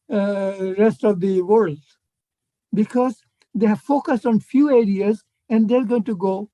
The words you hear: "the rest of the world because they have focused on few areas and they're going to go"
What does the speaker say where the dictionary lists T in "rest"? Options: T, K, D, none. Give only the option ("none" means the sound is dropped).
T